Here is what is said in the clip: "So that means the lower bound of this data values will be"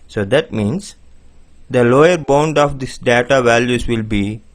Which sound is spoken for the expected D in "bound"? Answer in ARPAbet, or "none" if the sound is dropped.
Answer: D